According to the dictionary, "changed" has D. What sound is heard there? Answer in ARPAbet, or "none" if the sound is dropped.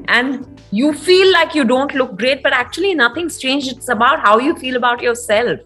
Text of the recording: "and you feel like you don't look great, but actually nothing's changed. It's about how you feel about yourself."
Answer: none